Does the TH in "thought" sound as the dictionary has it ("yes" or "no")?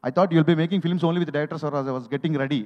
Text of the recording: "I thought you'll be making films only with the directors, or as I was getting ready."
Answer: no